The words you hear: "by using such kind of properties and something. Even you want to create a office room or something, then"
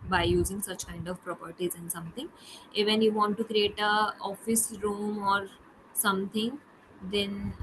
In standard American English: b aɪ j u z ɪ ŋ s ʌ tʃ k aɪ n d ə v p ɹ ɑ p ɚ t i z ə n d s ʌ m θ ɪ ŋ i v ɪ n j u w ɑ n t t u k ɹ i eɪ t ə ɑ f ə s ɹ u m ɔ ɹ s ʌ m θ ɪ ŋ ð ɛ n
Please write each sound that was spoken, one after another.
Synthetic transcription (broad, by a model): b aɪ j u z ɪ ŋ s ʌ tʃ k aɪ n d ə v p ɹ ɑ p ɚ t i z ə n d s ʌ m t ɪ ŋ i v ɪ n j u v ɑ n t t u k ɹ i eɪ t ə ɑ f ə s ɹ u m ɔ ɹ s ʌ m t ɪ ŋ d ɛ n